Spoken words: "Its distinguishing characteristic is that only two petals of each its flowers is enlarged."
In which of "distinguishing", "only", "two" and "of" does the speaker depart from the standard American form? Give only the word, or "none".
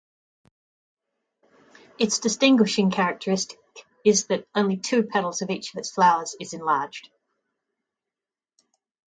none